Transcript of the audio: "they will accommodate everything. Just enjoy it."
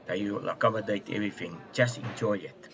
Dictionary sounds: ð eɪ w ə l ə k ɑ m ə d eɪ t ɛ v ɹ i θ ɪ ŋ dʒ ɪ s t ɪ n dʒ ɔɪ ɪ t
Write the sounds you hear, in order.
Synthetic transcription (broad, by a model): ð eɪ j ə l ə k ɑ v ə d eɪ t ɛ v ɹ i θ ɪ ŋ tʃ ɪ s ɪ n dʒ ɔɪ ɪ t